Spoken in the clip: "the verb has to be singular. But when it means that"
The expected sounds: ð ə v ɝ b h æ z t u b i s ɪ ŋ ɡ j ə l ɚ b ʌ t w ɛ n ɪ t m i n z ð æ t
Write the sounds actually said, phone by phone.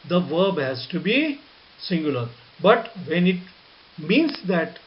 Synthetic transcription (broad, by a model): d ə v ɝ b h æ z t u b i s ɪ ŋ ɡ j ə l ɚ b ʌ t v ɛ n ɪ t m i n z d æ t